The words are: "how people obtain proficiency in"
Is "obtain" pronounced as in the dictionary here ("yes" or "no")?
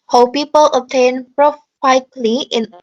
no